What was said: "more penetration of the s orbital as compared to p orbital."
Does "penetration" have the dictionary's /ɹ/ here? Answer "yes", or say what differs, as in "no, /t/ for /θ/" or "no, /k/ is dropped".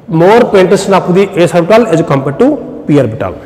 no, /ɹ/ is dropped